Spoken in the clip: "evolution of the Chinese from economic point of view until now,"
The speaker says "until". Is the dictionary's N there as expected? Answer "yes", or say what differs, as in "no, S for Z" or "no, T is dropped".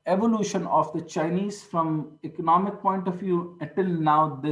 no, N is dropped